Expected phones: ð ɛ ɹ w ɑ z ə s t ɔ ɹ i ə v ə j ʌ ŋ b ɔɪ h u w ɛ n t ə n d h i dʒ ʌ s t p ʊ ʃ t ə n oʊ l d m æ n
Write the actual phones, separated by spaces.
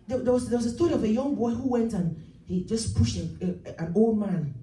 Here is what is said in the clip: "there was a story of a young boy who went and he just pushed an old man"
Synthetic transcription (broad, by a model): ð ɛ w w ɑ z ə s t ɔ ɹ i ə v ə j ʌ ŋ b ɔɪ h u w ɛ n t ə n h i dʒ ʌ s p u ʃ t ə n oʊ l d m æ n